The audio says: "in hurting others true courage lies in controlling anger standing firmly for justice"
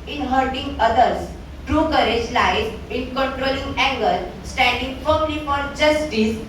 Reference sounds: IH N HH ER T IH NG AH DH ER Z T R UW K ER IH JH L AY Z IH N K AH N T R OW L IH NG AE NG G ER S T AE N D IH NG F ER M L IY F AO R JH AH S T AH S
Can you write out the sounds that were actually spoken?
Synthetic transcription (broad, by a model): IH N HH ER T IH NG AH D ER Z T R UW K ER IH JH L AY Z IH N K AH N T R OW L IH NG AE NG G ER S T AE N D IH NG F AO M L IY F AO R JH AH S T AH S